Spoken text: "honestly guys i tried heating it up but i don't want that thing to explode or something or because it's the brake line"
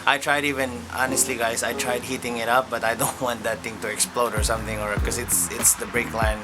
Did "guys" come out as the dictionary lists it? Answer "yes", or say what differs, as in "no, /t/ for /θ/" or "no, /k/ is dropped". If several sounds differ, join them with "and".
no, /s/ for /z/